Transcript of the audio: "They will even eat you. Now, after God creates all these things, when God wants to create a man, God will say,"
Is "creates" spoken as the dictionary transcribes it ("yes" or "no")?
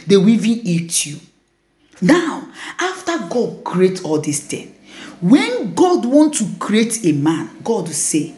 no